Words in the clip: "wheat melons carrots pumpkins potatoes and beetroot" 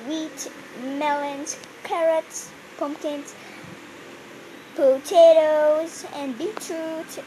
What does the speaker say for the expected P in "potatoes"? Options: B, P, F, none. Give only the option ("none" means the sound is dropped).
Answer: P